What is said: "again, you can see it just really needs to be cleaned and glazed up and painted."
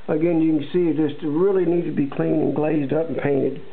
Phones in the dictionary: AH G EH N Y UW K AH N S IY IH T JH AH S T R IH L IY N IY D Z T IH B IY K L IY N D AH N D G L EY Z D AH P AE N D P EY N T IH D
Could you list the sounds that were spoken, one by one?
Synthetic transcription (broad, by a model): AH G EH N Y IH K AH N S IY IH T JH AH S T R IH L IY N IY D T IH B IY K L IY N AH N G L EY Z D AH P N P EY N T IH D